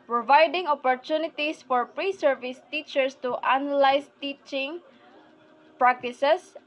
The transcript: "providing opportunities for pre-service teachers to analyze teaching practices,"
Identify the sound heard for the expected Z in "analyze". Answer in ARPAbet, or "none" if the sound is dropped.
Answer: S